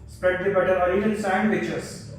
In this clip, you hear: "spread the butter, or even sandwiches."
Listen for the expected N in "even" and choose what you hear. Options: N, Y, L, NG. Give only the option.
L